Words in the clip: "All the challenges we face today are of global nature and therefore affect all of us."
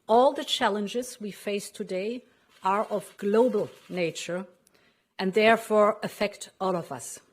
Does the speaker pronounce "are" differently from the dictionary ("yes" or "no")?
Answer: no